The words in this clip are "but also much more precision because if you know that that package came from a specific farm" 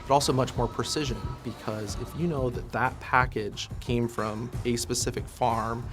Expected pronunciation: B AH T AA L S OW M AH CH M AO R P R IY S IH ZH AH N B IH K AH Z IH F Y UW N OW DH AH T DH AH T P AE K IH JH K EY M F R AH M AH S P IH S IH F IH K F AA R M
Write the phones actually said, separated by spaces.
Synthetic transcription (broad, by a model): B AH T AA L S OW M AH CH M AO R P R IY S IH ZH AH N B IH K AH Z IH F Y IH N OW DH AH T DH AH T P AE K IH JH K EY M F R AH M AH S P IH S IH F IH K F AA R M